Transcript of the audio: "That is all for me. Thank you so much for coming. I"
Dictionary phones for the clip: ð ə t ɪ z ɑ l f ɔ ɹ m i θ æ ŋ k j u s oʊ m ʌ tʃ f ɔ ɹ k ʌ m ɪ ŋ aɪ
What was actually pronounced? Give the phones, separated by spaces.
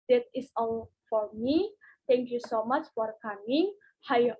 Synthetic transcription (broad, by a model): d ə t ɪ s ɑ l f ɔ ɹ m i t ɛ ŋ k j u s oʊ m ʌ tʃ f ɔ ɹ k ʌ m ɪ ŋ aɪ